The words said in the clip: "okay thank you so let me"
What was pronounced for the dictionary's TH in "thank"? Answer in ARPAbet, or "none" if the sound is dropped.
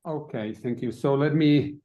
TH